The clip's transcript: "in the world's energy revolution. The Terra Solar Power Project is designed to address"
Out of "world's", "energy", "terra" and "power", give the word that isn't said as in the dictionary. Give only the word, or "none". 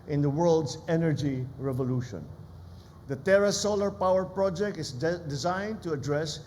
world's